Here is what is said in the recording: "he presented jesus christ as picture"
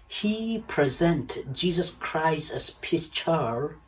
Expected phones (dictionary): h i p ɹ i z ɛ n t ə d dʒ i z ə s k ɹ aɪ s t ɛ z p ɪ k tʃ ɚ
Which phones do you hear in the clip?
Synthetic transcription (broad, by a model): h i p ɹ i z ɛ n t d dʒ i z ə s k ɹ aɪ s t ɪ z p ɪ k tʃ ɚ